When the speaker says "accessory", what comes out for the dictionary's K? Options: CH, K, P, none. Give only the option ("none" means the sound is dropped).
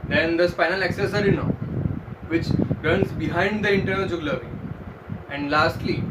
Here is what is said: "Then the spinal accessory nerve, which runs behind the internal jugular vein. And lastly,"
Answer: K